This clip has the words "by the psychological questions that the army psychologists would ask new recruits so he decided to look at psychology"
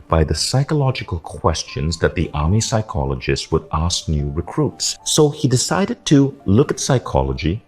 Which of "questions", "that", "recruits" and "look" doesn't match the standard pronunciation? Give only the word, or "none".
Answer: none